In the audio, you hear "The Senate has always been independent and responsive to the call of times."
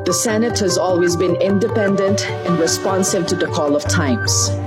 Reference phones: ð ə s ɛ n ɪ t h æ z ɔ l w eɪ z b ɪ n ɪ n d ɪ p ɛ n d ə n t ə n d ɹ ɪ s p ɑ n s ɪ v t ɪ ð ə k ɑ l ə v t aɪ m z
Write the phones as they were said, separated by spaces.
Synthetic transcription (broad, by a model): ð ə s ɛ n ɪ t h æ z ɔ l w eɪ z b ɪ n ɪ n d ɪ p ɛ n d ə n t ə n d ɹ ɪ s p ɑ n s ɪ v t ɪ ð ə k ɑ l ə v t aɪ m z